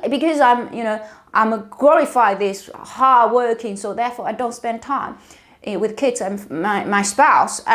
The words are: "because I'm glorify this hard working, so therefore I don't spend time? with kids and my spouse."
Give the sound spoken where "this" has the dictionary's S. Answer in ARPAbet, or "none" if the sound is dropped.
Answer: S